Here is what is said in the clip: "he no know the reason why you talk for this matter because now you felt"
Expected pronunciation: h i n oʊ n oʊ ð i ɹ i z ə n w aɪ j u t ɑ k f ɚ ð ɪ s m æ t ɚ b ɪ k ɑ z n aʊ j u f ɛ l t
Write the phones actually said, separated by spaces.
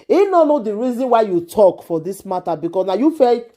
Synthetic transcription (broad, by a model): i n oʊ n oʊ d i ɹ i z ə n w aɪ j u t ɑ k f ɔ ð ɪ s m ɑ t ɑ b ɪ k ɑ s n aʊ j u f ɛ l